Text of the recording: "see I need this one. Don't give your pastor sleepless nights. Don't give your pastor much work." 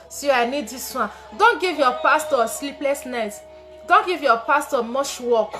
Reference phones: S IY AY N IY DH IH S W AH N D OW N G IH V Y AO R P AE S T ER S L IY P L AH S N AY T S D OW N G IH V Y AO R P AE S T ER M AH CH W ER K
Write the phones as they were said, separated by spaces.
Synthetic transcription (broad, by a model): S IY AY N IY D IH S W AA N D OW N G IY V Y AO P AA S T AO S L IY P L AH S N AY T D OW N G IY V Y AO P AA S T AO M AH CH W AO K